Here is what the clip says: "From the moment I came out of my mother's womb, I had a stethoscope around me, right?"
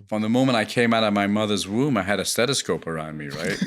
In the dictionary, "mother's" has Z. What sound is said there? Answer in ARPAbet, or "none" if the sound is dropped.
Z